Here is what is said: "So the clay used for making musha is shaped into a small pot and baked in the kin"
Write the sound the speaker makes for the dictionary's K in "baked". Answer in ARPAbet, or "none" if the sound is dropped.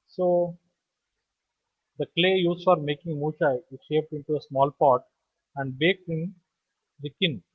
K